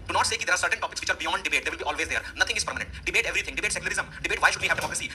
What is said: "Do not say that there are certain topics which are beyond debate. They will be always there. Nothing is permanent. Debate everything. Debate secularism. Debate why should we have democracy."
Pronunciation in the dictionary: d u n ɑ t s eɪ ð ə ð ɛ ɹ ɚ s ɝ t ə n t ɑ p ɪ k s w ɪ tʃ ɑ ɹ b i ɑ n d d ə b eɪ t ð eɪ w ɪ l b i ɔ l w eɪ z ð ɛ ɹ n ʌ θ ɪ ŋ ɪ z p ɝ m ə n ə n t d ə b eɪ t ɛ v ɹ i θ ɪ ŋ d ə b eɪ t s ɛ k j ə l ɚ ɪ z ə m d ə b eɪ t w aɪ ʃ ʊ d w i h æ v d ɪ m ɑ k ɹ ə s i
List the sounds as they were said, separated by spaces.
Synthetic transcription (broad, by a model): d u n ɑ t s eɪ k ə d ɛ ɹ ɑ s ɝ t ə n t ɑ p ɪ k s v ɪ tʃ ɑ ɹ b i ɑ n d d ə b eɪ t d eɪ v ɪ l b i ɔ l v eɪ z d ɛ ɹ n ʌ t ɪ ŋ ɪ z p ɝ m ə n ə n t d ə b eɪ t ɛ v ɹ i t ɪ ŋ d ə b eɪ t s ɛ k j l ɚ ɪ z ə m d ə b eɪ t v aɪ ʃ ʊ d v i h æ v d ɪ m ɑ k ɹ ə s i